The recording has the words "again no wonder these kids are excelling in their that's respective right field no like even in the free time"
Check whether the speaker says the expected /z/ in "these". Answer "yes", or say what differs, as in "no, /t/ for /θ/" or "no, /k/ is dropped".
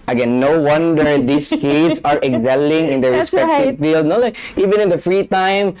no, /s/ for /z/